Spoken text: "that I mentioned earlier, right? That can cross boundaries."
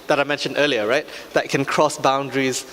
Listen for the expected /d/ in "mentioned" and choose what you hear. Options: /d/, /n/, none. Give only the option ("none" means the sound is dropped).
/d/